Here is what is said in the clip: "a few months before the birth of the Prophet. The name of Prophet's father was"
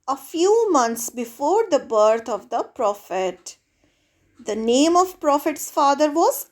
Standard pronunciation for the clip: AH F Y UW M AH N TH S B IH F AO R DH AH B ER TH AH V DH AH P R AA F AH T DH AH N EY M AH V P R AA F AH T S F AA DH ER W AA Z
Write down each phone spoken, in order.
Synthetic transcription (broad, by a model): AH F Y UW M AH N T S B IH F AO R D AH B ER T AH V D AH P R AA F AH T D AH N EY M AH V P R AA F AH T S F AA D ER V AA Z